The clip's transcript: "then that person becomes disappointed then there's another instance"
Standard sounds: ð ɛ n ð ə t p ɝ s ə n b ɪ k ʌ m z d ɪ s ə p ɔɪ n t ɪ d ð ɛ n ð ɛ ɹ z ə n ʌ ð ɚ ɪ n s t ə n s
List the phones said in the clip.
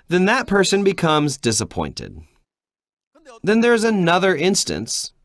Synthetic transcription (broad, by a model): ð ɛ n ð ə t p ɝ s ə n b ɪ k ʌ m z d ɪ s ə p ɔɪ n t ɪ d ð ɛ n ð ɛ ɹ z ə n ʌ ð ɚ ɪ n s t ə n s